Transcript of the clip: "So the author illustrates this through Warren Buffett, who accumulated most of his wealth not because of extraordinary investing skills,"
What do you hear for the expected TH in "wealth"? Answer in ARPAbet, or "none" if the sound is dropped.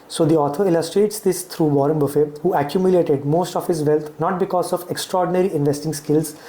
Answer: T